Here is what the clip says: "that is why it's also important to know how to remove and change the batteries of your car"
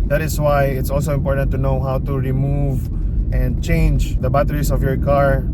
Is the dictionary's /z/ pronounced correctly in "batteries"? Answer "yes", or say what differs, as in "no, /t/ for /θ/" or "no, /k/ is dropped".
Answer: no, /s/ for /z/